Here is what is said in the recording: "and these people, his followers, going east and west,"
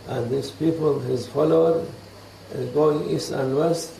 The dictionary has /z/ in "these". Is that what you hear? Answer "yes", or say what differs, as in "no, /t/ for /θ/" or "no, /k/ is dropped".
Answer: no, /s/ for /z/